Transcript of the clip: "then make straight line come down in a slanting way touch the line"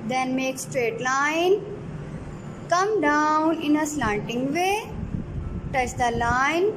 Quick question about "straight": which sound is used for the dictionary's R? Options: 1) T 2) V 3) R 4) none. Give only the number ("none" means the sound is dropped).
3